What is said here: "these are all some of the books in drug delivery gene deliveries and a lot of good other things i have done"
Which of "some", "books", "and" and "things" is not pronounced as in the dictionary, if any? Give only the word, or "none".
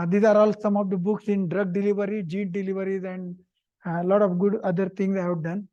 things